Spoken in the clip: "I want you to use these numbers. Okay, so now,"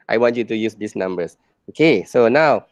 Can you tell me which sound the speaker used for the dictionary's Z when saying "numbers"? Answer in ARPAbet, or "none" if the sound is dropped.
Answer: S